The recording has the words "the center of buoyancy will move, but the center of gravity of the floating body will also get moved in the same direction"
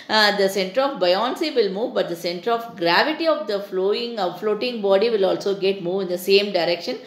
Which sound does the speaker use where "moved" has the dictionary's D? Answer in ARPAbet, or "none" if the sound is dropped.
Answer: none